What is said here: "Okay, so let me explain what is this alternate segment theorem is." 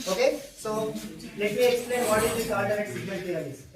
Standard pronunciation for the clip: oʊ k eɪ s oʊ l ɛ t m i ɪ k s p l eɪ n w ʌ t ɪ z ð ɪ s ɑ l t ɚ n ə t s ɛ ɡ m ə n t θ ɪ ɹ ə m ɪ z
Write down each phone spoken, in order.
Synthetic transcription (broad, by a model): oʊ k eɪ s oʊ l ɛ t m i ɪ k s p l eɪ n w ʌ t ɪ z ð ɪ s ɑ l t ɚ ə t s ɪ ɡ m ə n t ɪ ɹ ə ɪ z